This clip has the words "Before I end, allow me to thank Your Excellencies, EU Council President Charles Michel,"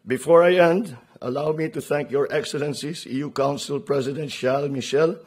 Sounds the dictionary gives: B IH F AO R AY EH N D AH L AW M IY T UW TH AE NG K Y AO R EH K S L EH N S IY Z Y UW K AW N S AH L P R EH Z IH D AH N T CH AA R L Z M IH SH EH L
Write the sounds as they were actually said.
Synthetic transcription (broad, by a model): B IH F AO R AY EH N D AH L AW M IY T UW TH AE NG K Y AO R EH K S L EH N S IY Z Y UW K AW N S AH L P R EH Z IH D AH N T SH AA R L M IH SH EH L